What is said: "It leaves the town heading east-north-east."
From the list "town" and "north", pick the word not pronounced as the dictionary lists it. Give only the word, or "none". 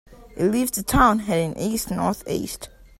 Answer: none